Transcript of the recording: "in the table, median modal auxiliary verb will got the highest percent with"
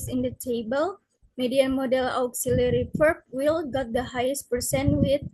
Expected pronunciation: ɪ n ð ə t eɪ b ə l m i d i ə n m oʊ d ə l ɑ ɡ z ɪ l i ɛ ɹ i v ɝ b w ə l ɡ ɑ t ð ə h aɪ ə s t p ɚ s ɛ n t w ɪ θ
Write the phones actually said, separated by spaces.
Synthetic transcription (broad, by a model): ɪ n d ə t eɪ b ə l m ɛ d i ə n m oʊ d ə l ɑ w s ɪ l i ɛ ɹ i p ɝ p w ə l ɡ ɑ t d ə h aɪ ə s t p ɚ s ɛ n w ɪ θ